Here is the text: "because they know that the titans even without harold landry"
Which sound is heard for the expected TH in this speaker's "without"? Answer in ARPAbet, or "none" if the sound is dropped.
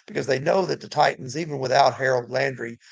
TH